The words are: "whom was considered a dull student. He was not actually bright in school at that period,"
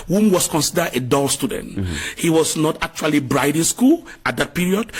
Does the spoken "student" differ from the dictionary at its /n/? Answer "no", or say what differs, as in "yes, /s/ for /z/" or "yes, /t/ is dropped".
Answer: no